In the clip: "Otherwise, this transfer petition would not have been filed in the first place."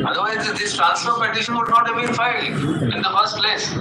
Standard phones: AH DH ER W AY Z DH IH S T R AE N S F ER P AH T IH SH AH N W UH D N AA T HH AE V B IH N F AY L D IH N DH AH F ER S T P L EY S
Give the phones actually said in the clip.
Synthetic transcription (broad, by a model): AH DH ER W AY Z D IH S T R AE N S ER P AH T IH SH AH N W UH D N AA T HH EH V B IH N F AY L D IH N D AH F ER S T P L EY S